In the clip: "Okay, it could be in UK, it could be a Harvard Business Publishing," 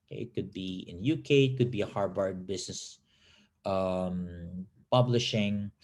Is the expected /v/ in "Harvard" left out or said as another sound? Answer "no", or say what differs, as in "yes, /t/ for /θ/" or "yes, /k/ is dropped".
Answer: yes, /b/ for /v/